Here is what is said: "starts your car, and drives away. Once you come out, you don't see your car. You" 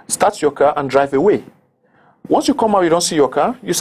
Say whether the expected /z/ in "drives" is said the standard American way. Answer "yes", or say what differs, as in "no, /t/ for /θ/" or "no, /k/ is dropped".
no, /z/ is dropped